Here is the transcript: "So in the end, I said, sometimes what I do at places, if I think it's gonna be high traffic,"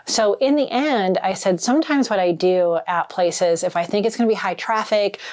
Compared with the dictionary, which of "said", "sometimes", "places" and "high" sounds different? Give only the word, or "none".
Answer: none